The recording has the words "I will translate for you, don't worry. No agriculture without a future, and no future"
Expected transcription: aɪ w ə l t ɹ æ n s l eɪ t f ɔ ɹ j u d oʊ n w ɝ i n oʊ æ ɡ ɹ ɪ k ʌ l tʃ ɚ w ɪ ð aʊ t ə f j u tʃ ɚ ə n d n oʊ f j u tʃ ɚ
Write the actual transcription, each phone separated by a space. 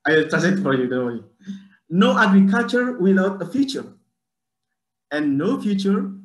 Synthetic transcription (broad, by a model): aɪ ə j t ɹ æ s eɪ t f ɔ ɹ j u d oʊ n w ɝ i n oʊ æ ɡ ɹ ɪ k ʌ l tʃ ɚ w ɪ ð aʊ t ə f j u tʃ ɚ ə n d n oʊ f j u tʃ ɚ